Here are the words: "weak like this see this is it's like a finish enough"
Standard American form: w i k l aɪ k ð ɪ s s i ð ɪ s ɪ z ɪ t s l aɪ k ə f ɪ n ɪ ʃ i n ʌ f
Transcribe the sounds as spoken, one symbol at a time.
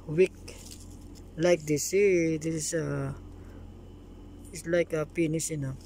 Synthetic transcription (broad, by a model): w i k l aɪ k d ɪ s s i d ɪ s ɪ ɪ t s l aɪ k ə p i n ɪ s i n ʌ